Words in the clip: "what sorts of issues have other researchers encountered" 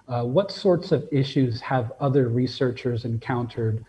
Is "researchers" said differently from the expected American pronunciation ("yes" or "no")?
no